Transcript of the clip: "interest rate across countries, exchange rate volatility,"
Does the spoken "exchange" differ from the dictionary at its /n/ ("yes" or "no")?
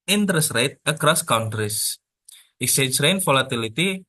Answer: yes